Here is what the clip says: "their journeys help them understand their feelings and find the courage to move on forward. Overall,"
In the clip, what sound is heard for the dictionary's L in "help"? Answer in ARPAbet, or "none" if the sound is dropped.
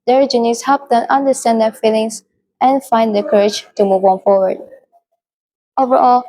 none